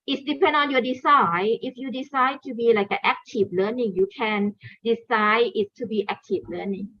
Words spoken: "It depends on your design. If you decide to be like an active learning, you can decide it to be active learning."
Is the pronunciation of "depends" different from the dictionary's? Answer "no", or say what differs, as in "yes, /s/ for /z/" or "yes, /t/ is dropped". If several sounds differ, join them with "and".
yes, /z/ is dropped